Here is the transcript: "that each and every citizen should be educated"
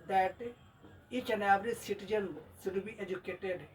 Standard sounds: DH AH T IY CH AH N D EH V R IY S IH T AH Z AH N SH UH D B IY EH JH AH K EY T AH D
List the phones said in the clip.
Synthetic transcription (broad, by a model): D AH T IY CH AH N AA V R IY S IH T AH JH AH N S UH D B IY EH JH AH K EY T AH D